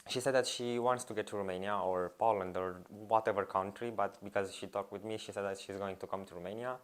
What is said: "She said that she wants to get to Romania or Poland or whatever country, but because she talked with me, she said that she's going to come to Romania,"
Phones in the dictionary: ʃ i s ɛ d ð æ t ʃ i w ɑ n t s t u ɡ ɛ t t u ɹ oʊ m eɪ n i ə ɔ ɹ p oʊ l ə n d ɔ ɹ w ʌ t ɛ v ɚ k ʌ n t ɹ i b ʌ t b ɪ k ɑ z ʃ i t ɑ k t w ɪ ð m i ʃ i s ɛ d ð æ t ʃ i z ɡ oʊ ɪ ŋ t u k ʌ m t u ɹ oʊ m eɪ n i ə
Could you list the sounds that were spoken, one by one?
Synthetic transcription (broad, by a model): ʃ i s ɛ d ð æ t ʃ i w ɑ n t s t u ɡ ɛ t t u ɹ oʊ m eɪ n i ə ɔ ɹ p oʊ l ə n d ɔ ɹ w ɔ t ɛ v ɚ k ʌ n t ɹ i b ʌ t b ɪ k ɑ z ʃ i t ɑ k t w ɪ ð m i ʃ i s ɛ d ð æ t ʃ i z ɡ oʊ ɪ ŋ t u k ʌ m t u ɹ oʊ m eɪ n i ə